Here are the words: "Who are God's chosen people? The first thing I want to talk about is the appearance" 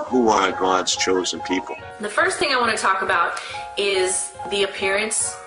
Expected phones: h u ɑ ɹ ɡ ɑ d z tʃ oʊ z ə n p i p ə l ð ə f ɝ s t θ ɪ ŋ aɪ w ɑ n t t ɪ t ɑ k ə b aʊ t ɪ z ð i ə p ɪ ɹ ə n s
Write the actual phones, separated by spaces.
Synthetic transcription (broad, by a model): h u ɑ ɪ ɡ ɑ d z tʃ oʊ z ə n p i p l ð ə f ɝ s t θ ɪ ŋ aɪ w ɑ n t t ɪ t ɑ k ə b aʊ t ɪ z ð i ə p ɪ ɹ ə n s